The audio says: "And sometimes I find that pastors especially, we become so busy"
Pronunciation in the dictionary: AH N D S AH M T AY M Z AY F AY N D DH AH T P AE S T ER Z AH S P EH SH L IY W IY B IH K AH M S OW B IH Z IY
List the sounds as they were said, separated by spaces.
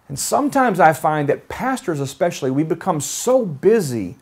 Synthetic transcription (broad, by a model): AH N S AH M T AY M Z AY F AY N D DH AH T P AE S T ER Z AH S P EH SH L IY W IY B IH K AH M S OW B IH Z IY